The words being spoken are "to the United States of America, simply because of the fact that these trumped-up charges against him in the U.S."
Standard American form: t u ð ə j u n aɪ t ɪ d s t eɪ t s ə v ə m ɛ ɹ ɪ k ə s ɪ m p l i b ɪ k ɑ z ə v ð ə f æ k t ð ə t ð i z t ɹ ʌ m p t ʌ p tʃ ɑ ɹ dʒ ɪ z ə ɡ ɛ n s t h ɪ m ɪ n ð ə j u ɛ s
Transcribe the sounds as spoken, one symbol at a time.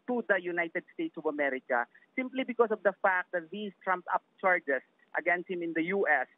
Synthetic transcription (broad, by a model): t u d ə j u n aɪ t ɪ d s t eɪ t s ə v ə m ɛ ɹ ɪ k ə s ɪ m p l i b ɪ k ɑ s ə v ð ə f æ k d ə t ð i s t ɹ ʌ m p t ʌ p tʃ ɑ ɹ dʒ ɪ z ə ɡ ɛ n s t h ɪ m ɪ n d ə j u ɛ s